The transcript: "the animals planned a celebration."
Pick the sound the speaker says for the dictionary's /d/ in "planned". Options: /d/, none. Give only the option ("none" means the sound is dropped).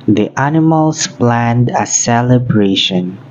/d/